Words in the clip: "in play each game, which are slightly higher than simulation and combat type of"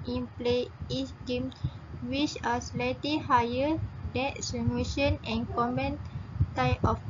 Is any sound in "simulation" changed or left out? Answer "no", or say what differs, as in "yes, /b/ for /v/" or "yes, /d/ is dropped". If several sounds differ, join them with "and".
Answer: yes, /l/ is dropped